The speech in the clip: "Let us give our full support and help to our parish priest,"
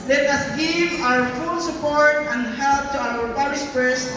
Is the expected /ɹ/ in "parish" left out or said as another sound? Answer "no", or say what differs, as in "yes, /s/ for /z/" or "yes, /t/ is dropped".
yes, /l/ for /ɹ/